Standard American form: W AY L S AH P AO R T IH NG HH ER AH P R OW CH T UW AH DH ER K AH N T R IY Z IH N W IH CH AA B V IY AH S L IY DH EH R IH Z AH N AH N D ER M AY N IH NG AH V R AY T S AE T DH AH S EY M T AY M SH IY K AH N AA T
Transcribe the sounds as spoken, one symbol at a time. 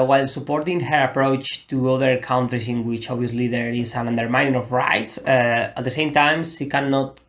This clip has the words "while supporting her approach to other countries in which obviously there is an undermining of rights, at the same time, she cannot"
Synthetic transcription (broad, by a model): W AY L S AH P AO R T IH NG HH ER AH P R OW CH T UW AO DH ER K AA N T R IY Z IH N W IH CH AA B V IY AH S L IY DH EH R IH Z AH N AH N D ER M AY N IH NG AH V R AY T S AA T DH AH S EY M T AY M SH IY K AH N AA T